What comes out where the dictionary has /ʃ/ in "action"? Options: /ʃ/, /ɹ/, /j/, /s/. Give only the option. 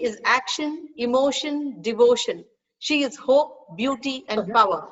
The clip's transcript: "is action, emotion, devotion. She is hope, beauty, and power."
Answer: /ʃ/